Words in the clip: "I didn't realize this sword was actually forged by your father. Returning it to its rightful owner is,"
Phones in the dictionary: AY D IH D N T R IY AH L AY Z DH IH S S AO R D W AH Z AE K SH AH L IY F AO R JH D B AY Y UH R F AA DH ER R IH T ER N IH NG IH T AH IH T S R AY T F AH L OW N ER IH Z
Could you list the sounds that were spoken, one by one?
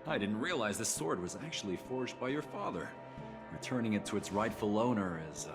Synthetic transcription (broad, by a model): AY D IH D N T R IY AH L AY Z DH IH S S AO R D W AH Z AE K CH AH L IY F AO R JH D B AY Y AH R F AA DH ER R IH T ER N IH NG IH T AH IH T S R AY T F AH L OW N ER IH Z